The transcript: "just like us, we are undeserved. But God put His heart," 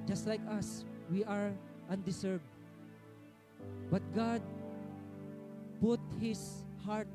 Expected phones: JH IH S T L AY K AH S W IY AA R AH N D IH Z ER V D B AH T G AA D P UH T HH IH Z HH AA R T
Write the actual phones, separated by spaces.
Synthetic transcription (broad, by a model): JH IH S T L AY K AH S W IY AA R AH N D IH S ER B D B AH T G AA D P UH T HH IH S HH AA R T